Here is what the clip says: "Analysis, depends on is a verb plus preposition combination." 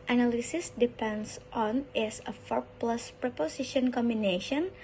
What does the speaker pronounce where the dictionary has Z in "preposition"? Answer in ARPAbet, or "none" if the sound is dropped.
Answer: S